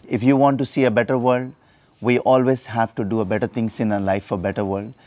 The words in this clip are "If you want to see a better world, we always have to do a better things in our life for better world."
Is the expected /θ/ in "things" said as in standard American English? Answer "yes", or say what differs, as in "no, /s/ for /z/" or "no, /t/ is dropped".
no, /t/ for /θ/